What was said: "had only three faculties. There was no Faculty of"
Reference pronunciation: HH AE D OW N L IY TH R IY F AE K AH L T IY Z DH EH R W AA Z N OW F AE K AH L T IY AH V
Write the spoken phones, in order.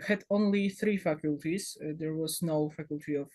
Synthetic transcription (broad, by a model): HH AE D OW N L IY TH R IY F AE K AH L T IY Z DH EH R W AA Z N OW F AE K AH L T IY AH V